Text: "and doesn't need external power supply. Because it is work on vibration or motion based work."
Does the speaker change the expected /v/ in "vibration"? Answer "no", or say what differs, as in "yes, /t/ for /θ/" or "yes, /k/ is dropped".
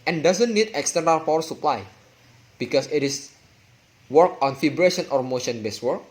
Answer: yes, /f/ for /v/